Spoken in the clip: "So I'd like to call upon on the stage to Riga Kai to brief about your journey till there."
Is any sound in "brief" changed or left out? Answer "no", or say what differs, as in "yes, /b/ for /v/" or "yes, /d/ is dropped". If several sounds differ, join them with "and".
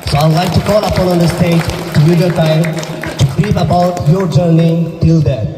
yes, /p/ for /f/